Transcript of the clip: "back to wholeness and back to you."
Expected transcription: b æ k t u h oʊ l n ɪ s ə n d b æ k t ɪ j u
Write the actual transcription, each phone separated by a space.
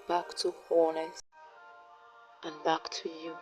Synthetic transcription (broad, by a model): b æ k t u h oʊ n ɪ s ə n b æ k t ɪ j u